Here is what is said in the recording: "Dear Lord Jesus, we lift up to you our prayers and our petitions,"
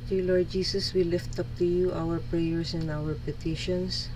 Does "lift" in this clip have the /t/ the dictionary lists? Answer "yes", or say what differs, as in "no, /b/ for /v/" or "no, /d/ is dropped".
yes